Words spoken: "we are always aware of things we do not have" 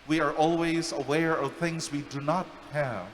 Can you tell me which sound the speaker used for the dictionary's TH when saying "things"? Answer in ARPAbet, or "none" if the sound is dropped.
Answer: TH